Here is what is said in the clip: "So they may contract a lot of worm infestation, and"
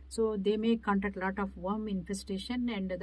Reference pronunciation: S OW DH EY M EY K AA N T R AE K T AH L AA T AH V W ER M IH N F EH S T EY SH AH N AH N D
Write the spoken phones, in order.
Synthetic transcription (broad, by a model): S OW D EY M EY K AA N T AE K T L AA T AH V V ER M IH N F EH S T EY SH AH N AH N D